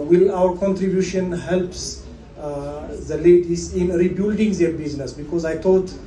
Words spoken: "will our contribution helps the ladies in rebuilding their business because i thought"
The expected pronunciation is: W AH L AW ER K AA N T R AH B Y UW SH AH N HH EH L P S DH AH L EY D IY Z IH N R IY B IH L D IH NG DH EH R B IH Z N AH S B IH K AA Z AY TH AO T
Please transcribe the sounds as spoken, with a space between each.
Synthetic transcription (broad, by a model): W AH L AW ER K AA N T R AH B Y UW SH AH N HH EH L P S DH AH L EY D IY S IH N R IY B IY L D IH NG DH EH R B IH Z N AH S B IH K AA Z AY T AO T